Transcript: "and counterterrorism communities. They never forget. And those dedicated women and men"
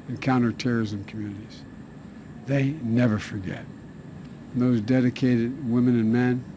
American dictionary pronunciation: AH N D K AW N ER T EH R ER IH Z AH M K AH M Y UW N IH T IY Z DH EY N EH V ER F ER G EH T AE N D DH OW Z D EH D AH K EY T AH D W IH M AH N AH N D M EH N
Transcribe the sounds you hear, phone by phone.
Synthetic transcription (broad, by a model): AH N K AW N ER T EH R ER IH Z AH M K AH M Y UW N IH T IY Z DH EY N EH V ER F ER G EH T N DH OW Z D EH D AH K EY T AH D W IH M AH N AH N M EH N